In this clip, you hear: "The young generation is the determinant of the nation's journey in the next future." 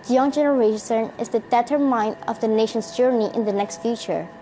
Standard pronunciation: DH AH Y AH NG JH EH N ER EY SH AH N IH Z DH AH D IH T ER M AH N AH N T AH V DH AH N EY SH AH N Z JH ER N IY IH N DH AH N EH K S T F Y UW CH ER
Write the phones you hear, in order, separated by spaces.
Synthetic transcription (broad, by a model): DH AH Y AH NG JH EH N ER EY S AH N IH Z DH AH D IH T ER M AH AH N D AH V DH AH N EY SH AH N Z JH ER N IY IH N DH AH N EH K S T F Y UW CH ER